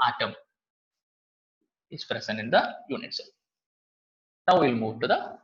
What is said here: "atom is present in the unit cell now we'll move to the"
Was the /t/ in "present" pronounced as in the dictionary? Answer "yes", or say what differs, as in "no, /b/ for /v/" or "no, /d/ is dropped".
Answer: no, /t/ is dropped